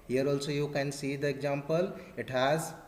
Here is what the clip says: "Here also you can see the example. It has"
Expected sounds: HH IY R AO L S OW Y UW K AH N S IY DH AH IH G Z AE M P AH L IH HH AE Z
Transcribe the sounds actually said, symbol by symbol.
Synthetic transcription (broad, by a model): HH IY R AO L S OW Y UW K AH N S IY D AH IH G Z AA M P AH L IH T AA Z